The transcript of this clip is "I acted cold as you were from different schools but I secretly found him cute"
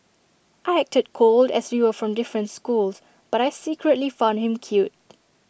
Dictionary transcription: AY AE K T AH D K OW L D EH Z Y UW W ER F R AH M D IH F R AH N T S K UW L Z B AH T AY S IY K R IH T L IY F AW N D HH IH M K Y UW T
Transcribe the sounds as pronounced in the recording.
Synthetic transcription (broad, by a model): AY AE K T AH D K OW L D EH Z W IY W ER F R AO M D IH F R AH N T S K UW L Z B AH T AY S IY K R IH T L IY F AW N D HH IH M K Y UW T